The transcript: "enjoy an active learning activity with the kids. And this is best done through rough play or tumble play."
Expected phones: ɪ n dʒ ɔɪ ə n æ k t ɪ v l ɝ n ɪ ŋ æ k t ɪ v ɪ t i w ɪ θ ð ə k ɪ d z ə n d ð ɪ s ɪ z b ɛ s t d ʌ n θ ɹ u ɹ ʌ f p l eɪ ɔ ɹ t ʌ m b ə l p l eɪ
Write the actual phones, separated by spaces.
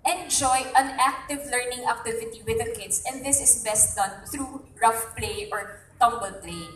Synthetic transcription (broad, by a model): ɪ n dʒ ɔɪ ə n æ k t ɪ v l ɝ n ɪ ŋ æ k t ɪ v ɪ t i w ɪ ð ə k ɪ d s ə n d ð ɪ s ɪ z b ɛ s t d ʌ n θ ɹ u ɹ ʌ f p l eɪ ɔ ɹ t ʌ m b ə l p l eɪ